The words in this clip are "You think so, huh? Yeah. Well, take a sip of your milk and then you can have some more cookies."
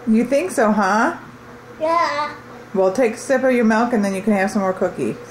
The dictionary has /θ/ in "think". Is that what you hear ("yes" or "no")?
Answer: yes